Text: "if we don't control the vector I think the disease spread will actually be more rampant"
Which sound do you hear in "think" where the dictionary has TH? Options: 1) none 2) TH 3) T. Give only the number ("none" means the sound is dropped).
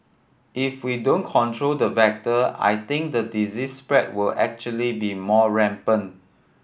3